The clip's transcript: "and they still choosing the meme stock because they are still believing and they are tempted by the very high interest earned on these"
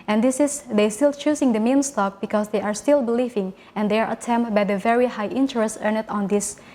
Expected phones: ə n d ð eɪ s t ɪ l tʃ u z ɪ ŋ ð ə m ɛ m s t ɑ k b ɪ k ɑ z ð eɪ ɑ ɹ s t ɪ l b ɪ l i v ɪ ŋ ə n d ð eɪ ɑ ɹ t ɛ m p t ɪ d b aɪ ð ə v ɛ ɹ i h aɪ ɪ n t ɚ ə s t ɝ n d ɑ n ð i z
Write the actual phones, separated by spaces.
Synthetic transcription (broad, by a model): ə n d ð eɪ s t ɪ l tʃ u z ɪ ŋ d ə m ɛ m s t ɑ k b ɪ k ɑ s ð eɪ ɑ ɹ s t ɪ l b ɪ l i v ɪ ŋ ə n d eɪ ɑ ɹ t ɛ m t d b aɪ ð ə v ɛ ɹ i h aɪ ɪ n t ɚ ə s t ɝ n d ɑ n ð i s